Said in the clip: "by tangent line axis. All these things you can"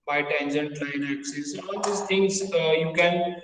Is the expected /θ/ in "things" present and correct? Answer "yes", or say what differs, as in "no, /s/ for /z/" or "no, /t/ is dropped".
no, /t/ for /θ/